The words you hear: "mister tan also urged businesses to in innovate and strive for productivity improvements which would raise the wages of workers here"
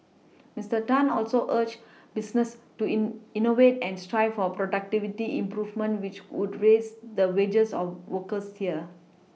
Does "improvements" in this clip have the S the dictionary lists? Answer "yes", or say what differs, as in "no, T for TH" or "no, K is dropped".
no, S is dropped